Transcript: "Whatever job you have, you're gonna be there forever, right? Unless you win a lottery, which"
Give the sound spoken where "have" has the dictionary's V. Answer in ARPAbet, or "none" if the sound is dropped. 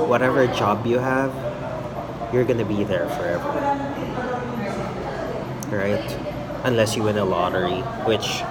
V